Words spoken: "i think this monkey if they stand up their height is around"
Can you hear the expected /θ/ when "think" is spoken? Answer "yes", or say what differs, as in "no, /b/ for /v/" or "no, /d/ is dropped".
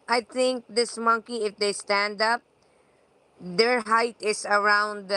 no, /t/ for /θ/